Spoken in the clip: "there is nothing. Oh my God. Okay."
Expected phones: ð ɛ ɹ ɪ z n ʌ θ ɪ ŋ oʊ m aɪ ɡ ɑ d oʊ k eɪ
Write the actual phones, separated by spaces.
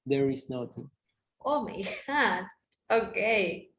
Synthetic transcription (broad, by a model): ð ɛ ɹ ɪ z n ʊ t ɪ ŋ oʊ m aɪ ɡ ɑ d oʊ k eɪ